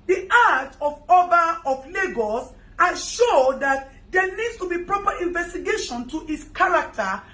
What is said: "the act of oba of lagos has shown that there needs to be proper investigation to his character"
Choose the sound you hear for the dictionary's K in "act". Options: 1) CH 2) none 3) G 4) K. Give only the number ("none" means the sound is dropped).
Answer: 2